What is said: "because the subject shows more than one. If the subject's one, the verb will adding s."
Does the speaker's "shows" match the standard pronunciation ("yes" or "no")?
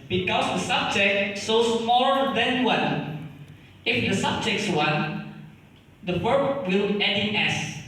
no